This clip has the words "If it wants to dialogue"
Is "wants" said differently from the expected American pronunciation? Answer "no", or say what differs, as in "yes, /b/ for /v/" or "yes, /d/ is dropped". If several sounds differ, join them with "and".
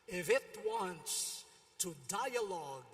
no